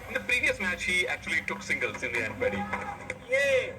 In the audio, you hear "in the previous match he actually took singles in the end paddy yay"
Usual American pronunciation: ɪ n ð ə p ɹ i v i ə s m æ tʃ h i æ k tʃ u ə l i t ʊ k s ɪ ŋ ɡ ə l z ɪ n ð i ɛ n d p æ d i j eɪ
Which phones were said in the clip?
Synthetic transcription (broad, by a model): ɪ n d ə p ɹ i v i ə s m æ tʃ h i æ k tʃ u ə l i t ʊ k s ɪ ŋ ɡ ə l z ɪ n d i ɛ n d b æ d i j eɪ